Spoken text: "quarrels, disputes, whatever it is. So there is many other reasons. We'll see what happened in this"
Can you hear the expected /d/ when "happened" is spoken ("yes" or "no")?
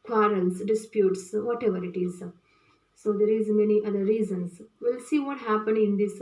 no